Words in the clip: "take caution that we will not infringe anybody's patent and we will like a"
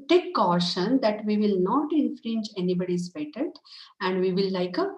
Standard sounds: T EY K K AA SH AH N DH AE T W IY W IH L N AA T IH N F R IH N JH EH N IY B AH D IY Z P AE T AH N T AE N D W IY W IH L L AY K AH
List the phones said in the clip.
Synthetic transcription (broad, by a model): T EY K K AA SH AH N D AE T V IY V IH L N AA T IH N F R IH N JH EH N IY B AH D IY S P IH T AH T AE N D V IY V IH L L AY K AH